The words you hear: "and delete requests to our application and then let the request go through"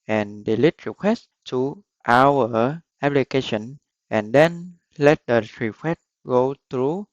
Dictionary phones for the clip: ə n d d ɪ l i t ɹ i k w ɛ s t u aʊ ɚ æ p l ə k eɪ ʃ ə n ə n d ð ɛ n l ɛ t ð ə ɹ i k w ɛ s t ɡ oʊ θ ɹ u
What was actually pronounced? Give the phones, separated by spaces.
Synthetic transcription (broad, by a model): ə n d d ɪ l i t ɹ i k w ɛ s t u aʊ ɚ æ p l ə k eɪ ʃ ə n ə n d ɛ n l ɛ t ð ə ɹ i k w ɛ t ɡ oʊ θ ɹ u